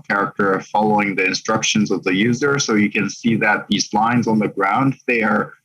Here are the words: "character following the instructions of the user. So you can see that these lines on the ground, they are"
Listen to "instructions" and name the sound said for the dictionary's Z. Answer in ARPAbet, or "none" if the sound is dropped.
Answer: Z